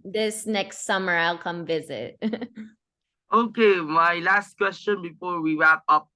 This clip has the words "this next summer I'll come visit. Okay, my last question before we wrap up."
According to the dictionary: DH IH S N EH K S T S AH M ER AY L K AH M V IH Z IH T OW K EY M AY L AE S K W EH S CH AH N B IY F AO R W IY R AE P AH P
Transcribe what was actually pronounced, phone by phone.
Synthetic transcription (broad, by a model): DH IH S N EH K S T S AH M ER AY L K AH M V IH Z IH T OW K EY M AY L AE S K W EH S CH AH N B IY F AO R W IY R AE P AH P